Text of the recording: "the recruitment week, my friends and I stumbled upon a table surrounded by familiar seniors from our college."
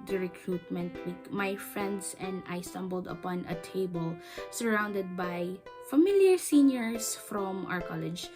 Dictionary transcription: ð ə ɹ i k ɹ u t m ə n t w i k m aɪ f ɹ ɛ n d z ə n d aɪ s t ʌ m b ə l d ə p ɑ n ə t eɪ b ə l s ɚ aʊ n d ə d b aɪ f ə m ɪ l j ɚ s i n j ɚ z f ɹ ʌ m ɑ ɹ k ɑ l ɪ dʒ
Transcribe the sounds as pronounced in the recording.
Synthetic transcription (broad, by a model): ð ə ɹ i k ɹ u t m ə n t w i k m aɪ f ɹ ɛ n d s ə n d aɪ s t ʌ m b ə l d ə p ɑ n ə t eɪ b ə l s ɚ aʊ n d ə d b aɪ f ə m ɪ l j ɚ s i n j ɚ s f ɹ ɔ m ɑ ɹ k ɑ l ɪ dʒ